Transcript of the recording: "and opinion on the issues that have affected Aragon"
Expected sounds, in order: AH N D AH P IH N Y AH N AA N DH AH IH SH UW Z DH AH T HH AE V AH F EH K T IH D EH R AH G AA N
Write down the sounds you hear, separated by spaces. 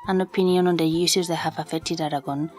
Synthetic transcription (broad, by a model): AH N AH P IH N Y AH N AA N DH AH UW S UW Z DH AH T HH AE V AH F EH K T IH D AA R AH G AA N